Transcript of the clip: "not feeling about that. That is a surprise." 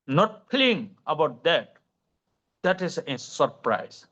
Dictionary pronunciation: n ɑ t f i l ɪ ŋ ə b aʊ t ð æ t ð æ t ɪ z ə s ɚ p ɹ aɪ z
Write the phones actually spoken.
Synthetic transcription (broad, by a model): n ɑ t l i ɪ ŋ ə b aʊ t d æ t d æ t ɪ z ə s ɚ p ɹ aɪ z